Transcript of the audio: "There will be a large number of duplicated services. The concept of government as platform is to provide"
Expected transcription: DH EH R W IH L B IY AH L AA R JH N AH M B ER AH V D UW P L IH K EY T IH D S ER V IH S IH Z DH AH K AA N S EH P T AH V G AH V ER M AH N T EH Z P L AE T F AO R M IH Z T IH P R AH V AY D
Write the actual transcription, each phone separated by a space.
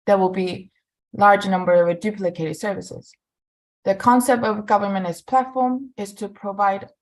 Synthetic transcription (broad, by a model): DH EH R W IH L B IY L AA R JH N AH M B ER AH V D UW P L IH K EY T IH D S ER V IH S IH Z DH AH K AA N S EH P T AH V G AH V ER M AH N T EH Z P L AE T F AO R M IH Z T IH P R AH V AY D